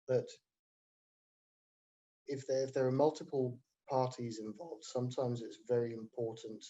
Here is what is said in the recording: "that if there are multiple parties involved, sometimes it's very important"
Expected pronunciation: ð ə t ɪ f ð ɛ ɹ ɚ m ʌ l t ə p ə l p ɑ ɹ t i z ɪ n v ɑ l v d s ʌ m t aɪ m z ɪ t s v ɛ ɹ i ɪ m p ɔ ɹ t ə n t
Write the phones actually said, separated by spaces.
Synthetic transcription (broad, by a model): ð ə t ɪ f ð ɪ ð ɚ m ʌ l t ə p ə l p ɑ t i z ɪ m v ɑ l v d s ʌ m t aɪ m z ɪ t s v ɛ ɹ i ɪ m p ɔ t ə n t